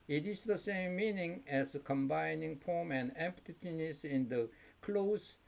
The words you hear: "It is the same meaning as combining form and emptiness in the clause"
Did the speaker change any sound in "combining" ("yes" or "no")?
no